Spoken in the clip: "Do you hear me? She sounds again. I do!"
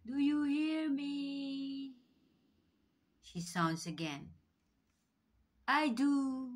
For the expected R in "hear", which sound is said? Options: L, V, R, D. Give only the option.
R